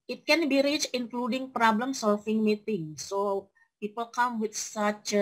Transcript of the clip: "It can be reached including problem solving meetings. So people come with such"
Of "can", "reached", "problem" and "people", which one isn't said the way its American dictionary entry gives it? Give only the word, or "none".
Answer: reached